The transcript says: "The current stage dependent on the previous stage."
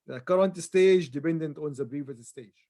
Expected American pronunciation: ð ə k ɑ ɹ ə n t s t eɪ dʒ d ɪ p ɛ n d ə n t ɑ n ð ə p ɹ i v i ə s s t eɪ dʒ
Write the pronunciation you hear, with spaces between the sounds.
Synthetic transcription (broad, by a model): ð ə k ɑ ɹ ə n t s t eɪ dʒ d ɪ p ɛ n d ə n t ɑ n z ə b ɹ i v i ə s s t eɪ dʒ